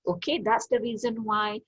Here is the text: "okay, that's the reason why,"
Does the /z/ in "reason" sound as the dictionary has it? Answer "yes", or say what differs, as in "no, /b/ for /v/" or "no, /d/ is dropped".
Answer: yes